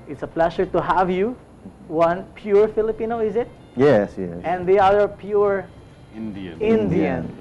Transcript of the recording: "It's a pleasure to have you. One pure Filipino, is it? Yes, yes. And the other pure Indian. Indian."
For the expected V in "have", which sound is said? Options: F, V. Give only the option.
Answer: V